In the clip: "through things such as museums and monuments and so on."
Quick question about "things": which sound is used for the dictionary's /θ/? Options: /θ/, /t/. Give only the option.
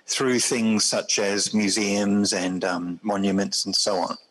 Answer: /θ/